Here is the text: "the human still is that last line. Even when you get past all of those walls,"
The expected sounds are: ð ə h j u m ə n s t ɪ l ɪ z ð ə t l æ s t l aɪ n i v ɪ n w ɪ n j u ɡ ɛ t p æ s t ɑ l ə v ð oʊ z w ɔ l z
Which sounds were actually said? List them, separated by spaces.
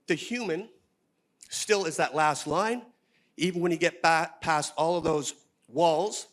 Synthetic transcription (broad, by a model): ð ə h j u m ə n s t ɪ l ɪ z ð ə t l æ s t l aɪ n i v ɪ n w ɪ n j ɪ ɡ ɛ t p æ s t ɑ l ə v ð oʊ z w ɔ l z